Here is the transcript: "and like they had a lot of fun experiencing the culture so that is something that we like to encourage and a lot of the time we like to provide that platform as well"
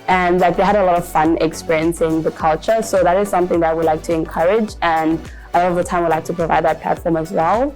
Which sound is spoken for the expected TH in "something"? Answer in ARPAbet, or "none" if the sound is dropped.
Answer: TH